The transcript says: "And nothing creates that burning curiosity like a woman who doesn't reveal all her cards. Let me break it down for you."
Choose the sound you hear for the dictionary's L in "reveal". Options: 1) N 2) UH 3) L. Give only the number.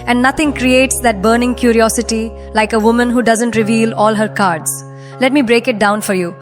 3